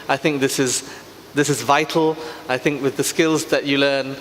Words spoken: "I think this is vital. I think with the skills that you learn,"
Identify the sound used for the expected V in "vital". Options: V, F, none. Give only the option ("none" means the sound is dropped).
V